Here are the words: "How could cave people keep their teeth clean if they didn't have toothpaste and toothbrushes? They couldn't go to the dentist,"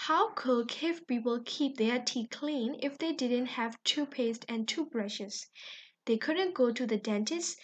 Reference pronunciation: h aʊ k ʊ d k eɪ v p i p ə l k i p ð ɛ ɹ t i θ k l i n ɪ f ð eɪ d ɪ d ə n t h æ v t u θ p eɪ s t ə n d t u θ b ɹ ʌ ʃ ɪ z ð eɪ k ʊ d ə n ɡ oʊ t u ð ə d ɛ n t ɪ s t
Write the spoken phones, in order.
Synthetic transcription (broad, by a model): h aʊ k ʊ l k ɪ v p i p ə l k i p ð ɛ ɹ t i k l i n ɪ f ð eɪ d ɪ d ə n t h æ v t u p eɪ s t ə n t u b ɹ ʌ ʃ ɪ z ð eɪ k ʊ d ə n ɡ oʊ t u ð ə d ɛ n t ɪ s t